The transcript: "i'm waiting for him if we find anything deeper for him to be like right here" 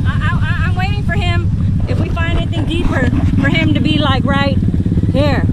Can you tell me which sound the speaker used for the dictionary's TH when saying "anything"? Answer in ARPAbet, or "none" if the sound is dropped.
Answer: TH